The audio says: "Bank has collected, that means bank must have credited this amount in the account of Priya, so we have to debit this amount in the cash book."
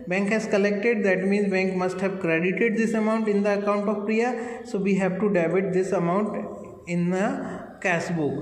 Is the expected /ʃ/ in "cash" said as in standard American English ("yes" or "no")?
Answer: no